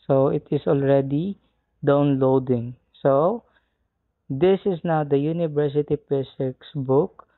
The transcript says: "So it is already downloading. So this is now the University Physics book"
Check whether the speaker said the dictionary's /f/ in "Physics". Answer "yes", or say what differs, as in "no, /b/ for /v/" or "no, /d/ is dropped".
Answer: no, /p/ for /f/